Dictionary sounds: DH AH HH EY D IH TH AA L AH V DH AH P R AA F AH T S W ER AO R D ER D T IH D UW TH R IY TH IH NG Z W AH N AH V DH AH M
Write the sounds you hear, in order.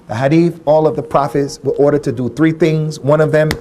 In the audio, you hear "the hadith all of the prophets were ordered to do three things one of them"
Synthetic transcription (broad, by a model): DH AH HH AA D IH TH AA L AH V DH AH P R AA F AH T S W ER AO R D ER D T IH D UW TH R IY TH IH NG Z W AH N AH V DH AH M